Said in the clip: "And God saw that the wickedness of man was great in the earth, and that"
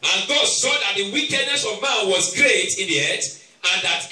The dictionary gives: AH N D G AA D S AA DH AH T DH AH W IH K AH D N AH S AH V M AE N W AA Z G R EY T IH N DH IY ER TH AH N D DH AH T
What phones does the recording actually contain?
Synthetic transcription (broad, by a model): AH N G AA D S AA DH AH T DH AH W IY K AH D N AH S AH V M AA N W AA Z G R EY T IH N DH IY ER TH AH N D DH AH T